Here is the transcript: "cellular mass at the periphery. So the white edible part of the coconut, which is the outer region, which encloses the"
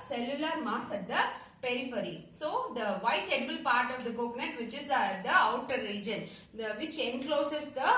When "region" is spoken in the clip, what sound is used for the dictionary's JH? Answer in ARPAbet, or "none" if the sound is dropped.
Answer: JH